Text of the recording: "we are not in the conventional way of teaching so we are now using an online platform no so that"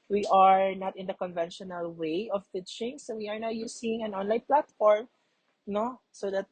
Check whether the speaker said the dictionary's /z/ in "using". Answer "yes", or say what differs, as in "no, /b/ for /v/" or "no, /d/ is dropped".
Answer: no, /s/ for /z/